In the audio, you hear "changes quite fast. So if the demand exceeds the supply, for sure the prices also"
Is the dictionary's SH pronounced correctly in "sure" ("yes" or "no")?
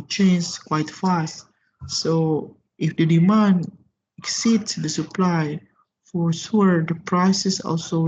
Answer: no